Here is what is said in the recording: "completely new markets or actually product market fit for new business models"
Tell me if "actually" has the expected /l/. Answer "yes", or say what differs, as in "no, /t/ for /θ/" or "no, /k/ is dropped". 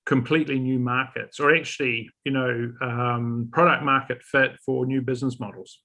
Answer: no, /n/ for /l/